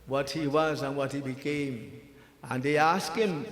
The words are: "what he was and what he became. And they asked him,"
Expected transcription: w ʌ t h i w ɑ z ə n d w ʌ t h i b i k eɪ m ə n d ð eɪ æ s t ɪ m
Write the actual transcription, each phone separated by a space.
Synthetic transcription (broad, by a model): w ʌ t h i w ɑ z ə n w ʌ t h i b i k eɪ m ə n d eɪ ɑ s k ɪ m